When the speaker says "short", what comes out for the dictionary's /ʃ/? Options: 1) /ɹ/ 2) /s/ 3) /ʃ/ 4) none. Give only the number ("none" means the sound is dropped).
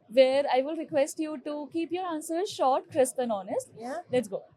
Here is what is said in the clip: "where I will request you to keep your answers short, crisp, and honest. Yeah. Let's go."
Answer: 3